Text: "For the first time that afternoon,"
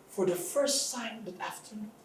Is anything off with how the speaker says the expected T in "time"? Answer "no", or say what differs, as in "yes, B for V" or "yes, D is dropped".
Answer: yes, S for T